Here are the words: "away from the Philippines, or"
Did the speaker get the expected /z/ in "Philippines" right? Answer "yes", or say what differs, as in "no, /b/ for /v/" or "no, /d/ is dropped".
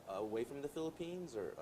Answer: yes